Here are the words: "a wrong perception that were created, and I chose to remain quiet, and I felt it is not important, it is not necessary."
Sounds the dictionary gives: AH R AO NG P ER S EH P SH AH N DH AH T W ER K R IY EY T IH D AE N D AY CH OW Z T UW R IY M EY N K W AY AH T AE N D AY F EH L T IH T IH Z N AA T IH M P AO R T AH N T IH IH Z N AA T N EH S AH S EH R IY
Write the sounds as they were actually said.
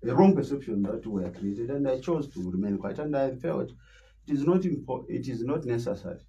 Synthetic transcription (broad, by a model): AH R AO NG P ER S EH P SH AH N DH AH T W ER K R IY EY T IH D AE N D AY CH OW Z T UW R IY M EY N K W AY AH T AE N D AY F EH L T IH T IH Z N AA T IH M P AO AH T IH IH Z N AA T N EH S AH S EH R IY